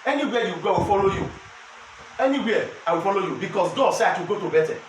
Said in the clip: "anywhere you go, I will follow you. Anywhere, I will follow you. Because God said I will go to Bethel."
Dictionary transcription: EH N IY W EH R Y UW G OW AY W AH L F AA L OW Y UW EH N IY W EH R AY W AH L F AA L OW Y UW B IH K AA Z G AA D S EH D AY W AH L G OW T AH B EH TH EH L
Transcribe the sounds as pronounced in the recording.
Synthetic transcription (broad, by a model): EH N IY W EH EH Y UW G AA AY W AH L F AA L OW Y UW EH N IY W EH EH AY W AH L F AA L OW Y UW B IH K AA S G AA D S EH AY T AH G OW T AH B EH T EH